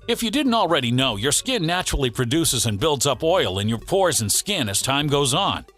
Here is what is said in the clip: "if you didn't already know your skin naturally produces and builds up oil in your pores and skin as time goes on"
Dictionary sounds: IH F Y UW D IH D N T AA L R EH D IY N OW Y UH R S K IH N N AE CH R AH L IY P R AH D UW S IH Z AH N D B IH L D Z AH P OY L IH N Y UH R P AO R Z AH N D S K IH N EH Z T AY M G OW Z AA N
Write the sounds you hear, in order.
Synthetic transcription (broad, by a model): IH F Y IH D IH D N T L R EH D IY N OW Y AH R S K IH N N AE CH R L IY P R AH D UW S IH Z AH N B IH L D Z AH P OY L IH N Y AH R P AO R Z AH N S K IH N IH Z T AY M G OW Z N